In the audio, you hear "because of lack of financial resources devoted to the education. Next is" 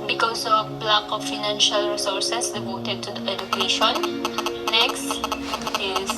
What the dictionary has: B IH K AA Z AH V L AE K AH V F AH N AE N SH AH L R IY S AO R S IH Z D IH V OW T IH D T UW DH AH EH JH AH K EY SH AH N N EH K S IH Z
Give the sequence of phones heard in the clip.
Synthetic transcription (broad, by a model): B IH K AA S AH B L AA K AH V F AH N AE N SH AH L R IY S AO R S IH S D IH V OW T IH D T UW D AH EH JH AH K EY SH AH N N EH K S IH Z